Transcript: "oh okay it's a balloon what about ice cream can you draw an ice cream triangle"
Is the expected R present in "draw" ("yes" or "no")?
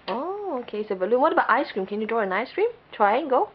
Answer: yes